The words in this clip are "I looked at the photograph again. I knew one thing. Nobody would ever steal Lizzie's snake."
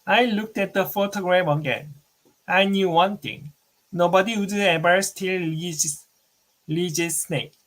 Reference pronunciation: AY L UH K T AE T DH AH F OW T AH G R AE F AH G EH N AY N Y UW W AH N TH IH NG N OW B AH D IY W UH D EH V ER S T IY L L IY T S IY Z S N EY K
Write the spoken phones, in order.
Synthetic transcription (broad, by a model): AY L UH K T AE T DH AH F OW T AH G R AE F AH G EH N AY N Y UW W AH N T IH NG N OW B AH D IY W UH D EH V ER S T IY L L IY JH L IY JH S N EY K